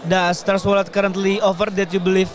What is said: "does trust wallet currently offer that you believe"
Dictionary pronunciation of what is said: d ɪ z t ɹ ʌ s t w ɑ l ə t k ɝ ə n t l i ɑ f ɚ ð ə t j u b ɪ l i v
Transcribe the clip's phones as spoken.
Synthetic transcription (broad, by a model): d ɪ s t ʌ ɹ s w ɑ l ə t k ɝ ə n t l i ɑ f ɚ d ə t j u b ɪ l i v